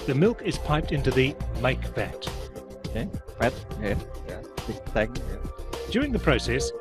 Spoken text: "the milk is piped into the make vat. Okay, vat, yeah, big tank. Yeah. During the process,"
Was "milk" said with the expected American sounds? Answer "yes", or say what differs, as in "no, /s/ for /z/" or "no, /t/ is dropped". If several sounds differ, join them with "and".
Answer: yes